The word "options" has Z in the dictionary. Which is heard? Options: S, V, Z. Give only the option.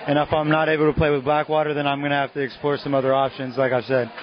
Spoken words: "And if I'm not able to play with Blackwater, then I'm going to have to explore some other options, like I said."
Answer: Z